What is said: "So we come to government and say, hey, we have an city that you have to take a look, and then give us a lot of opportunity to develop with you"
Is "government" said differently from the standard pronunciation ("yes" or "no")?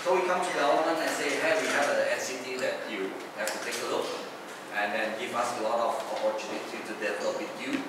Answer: yes